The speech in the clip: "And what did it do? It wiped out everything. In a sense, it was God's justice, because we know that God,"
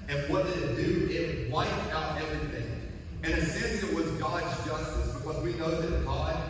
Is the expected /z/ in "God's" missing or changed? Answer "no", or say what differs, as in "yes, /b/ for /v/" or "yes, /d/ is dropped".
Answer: no